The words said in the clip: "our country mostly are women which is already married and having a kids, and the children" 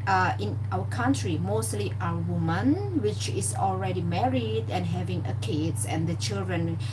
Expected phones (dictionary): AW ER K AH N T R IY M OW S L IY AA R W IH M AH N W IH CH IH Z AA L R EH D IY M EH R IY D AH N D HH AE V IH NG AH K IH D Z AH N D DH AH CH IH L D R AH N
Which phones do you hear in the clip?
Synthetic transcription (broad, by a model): AW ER K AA N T R IY M OW S L IY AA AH W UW M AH N W IH CH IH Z AA L R EH D IY M EH R IY D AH N HH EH V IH NG AH K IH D S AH N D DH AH CH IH L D R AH N